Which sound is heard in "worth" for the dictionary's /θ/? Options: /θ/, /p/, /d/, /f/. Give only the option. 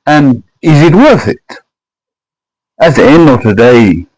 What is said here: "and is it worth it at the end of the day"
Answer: /θ/